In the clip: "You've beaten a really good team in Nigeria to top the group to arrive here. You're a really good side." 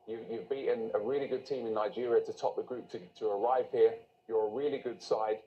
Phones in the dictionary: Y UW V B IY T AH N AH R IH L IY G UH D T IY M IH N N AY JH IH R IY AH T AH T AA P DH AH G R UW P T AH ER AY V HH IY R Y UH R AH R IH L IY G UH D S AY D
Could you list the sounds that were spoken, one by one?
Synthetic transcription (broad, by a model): Y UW V B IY T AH N AH R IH L IY G UH D T IY M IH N N AY JH IH R IY AH T AH T AA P DH AH G R UW P T AH ER AY V HH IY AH Y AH R AH R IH L IY G UH D S AY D